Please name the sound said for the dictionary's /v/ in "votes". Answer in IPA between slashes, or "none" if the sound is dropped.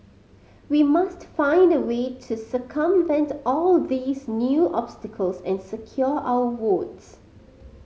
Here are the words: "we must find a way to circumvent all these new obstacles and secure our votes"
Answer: /w/